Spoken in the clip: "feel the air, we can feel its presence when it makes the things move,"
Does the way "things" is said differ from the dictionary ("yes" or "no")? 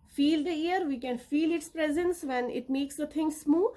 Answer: yes